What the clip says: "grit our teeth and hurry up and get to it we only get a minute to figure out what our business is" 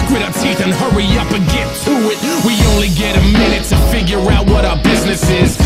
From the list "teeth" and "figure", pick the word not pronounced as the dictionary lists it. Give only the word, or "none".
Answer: none